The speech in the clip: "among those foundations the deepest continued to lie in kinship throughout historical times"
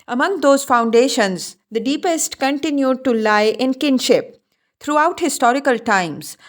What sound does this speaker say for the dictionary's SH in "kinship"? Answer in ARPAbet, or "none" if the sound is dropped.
SH